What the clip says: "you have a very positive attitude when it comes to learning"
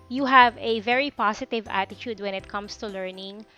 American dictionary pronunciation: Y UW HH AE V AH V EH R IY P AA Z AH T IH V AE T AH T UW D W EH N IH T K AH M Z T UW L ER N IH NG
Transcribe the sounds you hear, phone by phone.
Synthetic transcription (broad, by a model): Y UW HH AE V AH V EH R IY P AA S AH T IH V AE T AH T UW D W EH N IH T K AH M S T UW L ER N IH NG